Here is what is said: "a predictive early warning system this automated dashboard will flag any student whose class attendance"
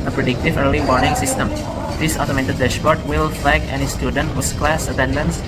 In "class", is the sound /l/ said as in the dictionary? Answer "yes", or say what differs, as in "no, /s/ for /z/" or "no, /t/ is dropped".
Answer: yes